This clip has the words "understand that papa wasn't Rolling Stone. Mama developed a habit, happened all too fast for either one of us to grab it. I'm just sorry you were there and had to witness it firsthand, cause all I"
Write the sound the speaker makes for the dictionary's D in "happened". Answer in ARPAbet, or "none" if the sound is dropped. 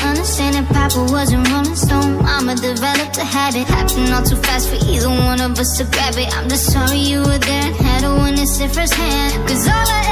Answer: none